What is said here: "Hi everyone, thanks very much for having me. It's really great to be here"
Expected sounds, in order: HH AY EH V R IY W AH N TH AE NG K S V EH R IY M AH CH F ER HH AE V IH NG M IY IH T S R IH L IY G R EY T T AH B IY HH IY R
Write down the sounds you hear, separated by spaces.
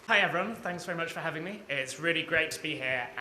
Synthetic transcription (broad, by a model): HH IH EH V R IY W AH N TH AE NG K S V EH R IY M AH CH F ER HH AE V IH NG M IY IH T S R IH L IY G R EY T T AH B IY HH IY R